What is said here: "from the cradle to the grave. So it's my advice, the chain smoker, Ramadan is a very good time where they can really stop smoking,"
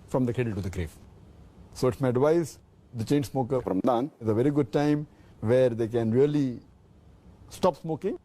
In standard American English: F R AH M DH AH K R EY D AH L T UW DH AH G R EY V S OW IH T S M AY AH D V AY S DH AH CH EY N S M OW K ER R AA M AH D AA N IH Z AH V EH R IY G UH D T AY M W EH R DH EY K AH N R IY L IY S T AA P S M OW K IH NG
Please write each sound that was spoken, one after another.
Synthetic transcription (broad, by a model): F R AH M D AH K EY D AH L T UW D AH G R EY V S OW IH T S M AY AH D V AY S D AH CH EY N S M OW K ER R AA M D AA N IH Z AH V EH R IY G UH D T AY M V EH R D EY K AH N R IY L IY S T AA P S M OW K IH NG